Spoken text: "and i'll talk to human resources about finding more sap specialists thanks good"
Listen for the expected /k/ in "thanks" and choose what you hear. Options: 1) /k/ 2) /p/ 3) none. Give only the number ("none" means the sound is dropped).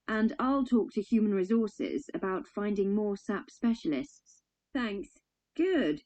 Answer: 1